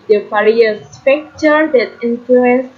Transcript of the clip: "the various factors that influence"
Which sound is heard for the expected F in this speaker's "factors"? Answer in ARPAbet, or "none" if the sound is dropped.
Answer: P